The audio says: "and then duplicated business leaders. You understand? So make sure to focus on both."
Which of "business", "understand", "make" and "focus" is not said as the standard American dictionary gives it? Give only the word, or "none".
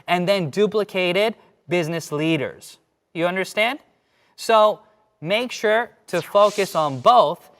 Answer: none